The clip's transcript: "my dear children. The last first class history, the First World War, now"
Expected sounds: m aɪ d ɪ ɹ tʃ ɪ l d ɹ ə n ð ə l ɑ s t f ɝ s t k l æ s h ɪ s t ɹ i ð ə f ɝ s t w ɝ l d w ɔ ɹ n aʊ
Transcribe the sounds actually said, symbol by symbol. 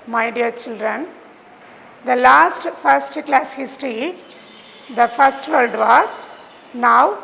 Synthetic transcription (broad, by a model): m aɪ d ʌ ɹ tʃ ɪ l d ɹ ə n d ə l ɑ s t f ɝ s t k l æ s h ɪ s t ɹ i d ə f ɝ s t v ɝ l d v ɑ ɹ n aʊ